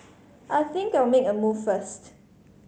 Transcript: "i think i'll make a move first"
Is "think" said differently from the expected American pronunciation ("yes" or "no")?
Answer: no